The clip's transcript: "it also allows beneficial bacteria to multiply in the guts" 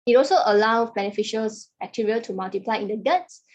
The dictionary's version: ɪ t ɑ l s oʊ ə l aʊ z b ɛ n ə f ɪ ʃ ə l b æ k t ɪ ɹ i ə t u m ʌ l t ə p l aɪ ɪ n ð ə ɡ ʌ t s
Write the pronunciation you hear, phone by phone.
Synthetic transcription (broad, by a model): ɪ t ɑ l s oʊ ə l aʊ b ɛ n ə f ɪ ʃ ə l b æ k t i ɹ i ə t u m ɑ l t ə p l aɪ ɪ n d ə ɡ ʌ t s